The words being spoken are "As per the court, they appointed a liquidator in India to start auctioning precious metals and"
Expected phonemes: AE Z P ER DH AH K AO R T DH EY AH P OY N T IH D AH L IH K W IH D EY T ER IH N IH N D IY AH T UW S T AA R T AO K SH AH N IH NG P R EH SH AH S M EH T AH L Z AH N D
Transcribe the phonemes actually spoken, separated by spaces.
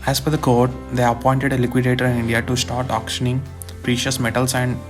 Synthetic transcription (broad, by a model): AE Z F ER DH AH K AO R T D EY AH P OY N T IH D AH L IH K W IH D EY T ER IH N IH N D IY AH T UW S T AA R T AO K SH AH N IH NG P R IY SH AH S M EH T AH L S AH N D